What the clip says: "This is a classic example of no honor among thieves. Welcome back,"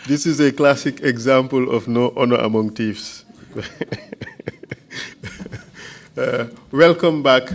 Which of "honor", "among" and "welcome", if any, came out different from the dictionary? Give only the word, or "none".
none